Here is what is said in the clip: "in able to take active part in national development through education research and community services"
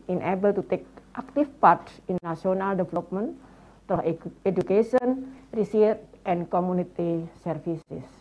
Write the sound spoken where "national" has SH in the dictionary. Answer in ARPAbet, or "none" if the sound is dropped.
none